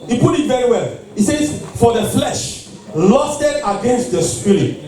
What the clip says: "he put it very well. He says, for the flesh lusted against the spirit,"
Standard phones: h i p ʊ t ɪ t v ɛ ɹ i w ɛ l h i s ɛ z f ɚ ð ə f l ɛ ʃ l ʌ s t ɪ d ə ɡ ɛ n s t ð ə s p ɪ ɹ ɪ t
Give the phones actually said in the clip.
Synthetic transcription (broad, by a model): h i p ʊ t ɪ t v ɛ ɹ i w ɛ l h i s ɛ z f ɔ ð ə f l ɛ ʃ l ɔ s t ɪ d ə ɡ ɛ n s t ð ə s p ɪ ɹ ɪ